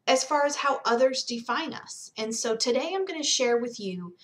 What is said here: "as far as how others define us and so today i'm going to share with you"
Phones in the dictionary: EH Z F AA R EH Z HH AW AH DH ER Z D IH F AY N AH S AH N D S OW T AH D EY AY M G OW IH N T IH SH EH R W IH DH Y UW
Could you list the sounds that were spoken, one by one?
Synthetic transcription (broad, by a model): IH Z F AA R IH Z HH AW AH DH ER Z D IH F AY N AH S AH N S OW T AH D EY AY M G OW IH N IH SH EH R W IH DH Y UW